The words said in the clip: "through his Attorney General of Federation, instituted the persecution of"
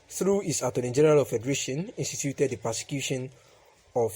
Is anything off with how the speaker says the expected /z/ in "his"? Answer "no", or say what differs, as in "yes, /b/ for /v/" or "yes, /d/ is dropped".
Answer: yes, /s/ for /z/